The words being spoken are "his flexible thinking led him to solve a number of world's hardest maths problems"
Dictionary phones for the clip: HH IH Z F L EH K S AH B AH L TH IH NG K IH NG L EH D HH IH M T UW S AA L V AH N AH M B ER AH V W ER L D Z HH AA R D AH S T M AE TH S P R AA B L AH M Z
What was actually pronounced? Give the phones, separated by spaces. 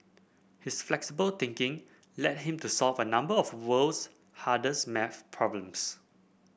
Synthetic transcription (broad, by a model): HH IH S F L EH K S AH B AH L T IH NG K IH NG L EH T HH IH M T UW S AA L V AH N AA M B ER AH F W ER L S HH AA D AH S M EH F P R AA B L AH M S